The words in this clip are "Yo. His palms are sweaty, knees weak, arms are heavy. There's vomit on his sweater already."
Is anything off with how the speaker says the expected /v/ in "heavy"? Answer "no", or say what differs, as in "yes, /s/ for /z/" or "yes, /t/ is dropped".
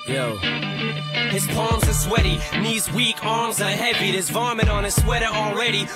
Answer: no